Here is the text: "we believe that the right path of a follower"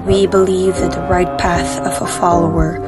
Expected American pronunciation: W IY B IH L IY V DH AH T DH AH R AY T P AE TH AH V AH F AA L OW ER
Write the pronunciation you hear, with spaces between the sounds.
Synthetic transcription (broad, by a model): W IY B IH L IY V DH AH T DH AH R AY T P AE TH AH V AH F AA L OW ER